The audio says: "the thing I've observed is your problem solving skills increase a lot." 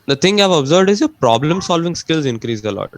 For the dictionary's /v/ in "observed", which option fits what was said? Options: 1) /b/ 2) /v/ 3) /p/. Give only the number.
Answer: 2